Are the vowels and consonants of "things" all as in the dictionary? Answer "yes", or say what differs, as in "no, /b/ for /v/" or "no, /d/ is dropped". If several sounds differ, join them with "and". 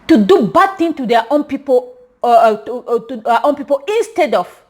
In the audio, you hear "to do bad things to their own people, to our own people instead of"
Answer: no, /z/ is dropped